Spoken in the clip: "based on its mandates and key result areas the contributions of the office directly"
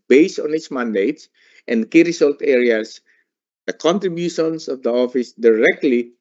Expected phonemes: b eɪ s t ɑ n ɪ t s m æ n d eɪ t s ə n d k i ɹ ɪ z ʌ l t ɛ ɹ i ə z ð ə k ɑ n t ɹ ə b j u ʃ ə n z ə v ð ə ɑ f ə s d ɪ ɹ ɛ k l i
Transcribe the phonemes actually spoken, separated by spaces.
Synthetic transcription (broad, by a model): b eɪ s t ɑ n ɪ t s m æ n d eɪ t s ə n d k i ɹ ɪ s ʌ l t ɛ ɹ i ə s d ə k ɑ n t ɹ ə b j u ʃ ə n s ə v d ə ɑ f ə s d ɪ ɹ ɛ k l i